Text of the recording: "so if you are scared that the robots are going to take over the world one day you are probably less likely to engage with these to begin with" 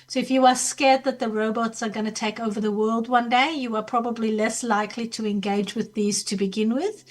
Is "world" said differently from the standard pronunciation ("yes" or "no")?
no